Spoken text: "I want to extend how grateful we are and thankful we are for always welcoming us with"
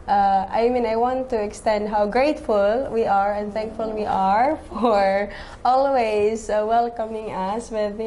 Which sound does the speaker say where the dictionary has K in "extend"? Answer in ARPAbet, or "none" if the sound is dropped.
K